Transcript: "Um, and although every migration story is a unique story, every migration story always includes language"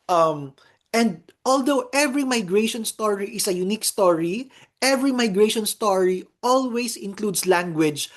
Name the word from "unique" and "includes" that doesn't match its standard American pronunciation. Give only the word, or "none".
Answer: includes